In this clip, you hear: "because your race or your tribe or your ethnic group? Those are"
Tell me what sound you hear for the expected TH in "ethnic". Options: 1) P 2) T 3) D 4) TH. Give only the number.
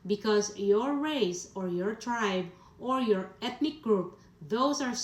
2